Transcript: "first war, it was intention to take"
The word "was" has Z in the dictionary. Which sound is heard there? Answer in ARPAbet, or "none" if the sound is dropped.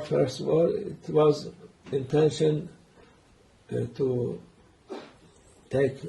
Z